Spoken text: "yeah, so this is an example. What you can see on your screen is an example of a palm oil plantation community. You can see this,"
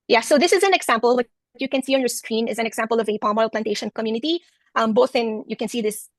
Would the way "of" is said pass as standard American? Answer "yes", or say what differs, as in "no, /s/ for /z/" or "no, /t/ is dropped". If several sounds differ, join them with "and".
yes